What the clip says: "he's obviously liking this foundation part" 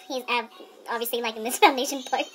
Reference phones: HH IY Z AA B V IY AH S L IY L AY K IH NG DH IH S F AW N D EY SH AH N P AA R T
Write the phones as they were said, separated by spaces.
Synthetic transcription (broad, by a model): HH IY Z AA B V IY AH S L IY L AY K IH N DH IH S F AW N D EY SH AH N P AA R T